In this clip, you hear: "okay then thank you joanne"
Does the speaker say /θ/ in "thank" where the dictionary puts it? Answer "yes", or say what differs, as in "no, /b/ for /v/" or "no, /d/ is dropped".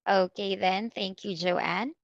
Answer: yes